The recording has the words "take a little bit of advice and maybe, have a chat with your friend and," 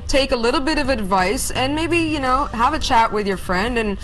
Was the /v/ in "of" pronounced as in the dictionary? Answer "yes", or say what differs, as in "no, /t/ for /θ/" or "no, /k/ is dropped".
yes